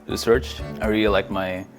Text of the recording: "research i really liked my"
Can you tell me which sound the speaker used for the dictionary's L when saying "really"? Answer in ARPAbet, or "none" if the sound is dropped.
L